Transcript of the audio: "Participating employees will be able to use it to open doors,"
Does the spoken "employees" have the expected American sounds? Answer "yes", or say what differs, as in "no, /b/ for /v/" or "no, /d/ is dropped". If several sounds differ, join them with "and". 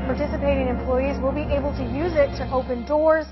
yes